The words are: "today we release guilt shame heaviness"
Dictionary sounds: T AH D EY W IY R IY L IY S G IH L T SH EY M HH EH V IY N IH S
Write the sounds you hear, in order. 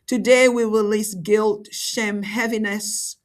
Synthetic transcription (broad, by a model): T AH D EY W IY R IY L IY S G IH L T SH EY M HH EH V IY N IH S